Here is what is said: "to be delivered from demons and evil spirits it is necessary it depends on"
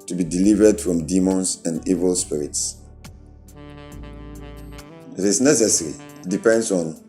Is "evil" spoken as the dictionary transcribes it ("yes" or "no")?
yes